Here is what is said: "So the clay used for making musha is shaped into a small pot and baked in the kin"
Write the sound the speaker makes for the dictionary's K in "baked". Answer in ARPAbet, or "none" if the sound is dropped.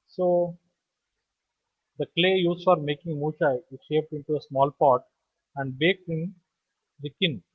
K